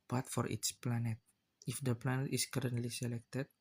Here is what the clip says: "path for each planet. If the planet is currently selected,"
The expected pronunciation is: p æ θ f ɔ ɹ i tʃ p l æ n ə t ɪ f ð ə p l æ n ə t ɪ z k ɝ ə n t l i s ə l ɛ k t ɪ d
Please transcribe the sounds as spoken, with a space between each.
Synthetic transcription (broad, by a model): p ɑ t f ɔ ɹ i s p l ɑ n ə t ɪ f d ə p l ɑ n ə t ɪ s k ɝ ə n t l i s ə l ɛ k t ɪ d